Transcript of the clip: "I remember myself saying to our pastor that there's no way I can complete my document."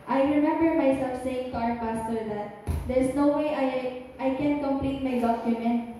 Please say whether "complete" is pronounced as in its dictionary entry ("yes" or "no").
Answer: yes